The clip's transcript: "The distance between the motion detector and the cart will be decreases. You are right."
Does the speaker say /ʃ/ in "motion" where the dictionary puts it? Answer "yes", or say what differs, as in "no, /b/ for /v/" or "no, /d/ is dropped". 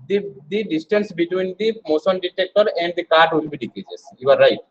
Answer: no, /s/ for /ʃ/